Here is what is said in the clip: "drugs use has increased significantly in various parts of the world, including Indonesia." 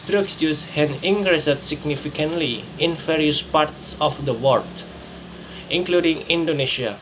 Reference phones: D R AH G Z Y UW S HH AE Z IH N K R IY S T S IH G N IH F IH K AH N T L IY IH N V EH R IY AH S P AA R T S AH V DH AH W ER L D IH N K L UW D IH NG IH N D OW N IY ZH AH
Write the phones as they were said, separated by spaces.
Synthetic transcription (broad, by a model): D R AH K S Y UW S HH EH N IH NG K R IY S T S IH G N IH F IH K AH N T L IY IH N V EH R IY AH S P AA R T S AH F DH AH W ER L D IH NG K L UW D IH NG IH N D OW N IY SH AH